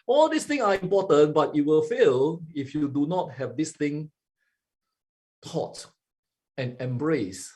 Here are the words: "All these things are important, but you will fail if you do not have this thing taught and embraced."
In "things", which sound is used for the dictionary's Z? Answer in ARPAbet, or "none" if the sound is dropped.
none